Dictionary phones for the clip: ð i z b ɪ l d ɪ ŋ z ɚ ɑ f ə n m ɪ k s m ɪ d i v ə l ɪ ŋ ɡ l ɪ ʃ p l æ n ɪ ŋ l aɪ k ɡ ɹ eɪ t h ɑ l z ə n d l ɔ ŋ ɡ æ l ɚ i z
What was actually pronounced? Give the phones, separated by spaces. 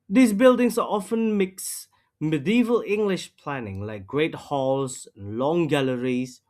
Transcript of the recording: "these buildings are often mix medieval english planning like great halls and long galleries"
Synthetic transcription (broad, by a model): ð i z b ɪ l d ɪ ŋ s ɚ ɑ f ə n m ɪ k s m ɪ d i v ə l ɪ ŋ ɡ l ɪ ʃ p l æ n ɪ ŋ l aɪ k ɡ ɹ eɪ t h ɑ l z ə n l ɔ ŋ ɡ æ l ɚ i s